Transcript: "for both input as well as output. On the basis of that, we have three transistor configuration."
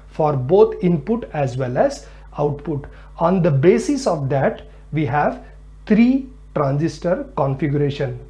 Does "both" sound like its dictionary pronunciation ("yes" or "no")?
no